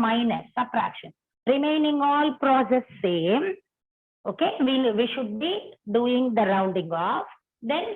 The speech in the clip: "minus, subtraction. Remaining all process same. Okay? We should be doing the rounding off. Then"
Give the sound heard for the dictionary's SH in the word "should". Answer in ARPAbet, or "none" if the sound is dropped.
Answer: SH